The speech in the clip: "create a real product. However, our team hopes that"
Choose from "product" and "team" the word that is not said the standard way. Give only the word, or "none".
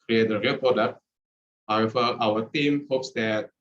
product